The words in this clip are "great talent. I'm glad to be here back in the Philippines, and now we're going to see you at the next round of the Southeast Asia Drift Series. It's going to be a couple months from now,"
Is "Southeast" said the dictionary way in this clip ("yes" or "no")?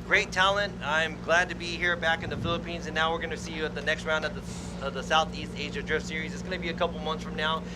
yes